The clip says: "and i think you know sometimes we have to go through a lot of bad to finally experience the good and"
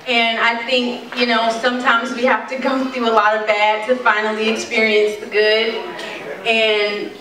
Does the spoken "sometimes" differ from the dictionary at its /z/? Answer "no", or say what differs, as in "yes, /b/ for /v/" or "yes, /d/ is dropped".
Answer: no